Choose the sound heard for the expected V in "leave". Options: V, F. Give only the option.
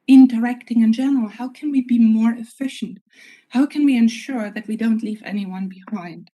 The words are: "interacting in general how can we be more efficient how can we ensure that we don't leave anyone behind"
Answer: V